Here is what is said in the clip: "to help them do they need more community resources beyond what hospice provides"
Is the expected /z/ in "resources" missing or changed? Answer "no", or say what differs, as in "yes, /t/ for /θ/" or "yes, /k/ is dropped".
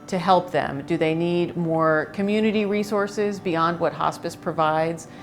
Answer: no